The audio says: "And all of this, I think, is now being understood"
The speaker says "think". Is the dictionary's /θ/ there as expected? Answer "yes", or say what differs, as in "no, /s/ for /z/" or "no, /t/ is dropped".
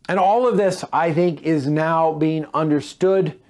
yes